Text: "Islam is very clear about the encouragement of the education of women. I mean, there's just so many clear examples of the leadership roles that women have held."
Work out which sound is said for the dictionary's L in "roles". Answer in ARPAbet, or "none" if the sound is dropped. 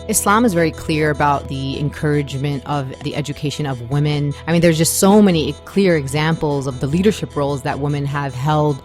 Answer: L